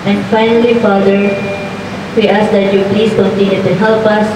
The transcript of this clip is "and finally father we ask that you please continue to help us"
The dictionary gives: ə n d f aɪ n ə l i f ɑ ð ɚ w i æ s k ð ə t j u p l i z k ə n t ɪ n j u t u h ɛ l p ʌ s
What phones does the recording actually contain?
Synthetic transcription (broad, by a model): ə n f aɪ n ə l i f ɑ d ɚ w i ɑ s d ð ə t j u p l i s k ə n t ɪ n j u t u h ɛ l p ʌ s